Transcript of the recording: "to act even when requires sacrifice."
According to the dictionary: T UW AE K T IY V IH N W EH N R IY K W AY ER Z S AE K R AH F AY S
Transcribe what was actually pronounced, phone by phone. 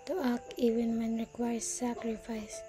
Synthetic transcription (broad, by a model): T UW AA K IY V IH N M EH N R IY K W AY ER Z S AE K R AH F AY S